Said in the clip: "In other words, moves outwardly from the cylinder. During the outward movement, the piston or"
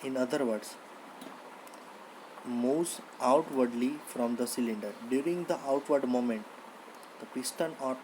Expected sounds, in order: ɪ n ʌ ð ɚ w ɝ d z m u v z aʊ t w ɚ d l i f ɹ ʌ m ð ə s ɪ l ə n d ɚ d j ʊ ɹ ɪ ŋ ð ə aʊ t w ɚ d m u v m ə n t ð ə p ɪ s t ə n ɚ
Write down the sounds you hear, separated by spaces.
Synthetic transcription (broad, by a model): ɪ n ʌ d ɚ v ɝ d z m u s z aʊ t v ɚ d l i f ɹ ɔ m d ə s ɪ l ə n d ɚ d j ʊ ɹ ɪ ŋ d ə aʊ t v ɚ d m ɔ m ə n t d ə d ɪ s t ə n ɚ